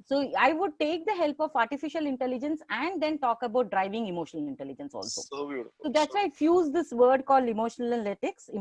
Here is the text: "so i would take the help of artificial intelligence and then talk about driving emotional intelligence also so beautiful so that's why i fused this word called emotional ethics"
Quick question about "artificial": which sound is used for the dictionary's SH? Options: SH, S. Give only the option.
SH